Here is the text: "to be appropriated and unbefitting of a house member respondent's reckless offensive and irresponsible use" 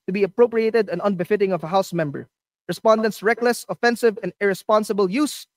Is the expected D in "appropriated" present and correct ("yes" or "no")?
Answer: yes